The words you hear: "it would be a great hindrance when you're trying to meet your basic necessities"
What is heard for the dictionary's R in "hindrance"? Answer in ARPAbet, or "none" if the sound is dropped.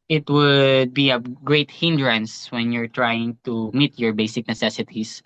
R